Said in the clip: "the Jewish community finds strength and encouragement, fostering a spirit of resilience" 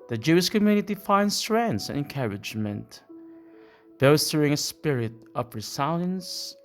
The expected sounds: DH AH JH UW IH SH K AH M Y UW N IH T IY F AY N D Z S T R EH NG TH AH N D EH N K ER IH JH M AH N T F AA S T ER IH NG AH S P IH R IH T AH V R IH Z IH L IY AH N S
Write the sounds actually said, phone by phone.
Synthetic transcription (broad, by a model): DH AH JH UW IH SH K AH M Y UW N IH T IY F AY N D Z S T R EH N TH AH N EH N K ER IH JH M AH N T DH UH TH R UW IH NG AH S P IH R IH T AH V R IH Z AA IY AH N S